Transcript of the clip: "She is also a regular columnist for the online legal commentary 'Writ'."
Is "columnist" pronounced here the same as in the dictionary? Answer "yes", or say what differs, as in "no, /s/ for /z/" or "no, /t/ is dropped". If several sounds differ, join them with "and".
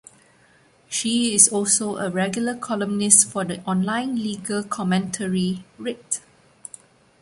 yes